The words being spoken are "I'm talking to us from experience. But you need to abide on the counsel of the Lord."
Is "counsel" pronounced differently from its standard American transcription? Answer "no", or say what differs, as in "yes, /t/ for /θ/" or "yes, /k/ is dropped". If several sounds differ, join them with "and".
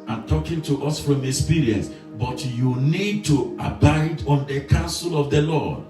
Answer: no